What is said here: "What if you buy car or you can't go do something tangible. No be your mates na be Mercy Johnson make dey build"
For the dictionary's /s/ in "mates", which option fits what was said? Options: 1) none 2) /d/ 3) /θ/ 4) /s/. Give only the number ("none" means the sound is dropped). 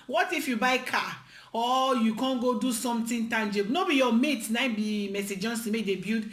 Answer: 1